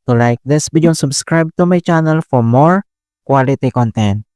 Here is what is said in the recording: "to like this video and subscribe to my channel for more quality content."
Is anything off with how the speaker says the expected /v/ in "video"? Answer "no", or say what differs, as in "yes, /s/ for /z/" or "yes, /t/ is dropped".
yes, /b/ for /v/